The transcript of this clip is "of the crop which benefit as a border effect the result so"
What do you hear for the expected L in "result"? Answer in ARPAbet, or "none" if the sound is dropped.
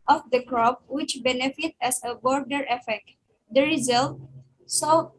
L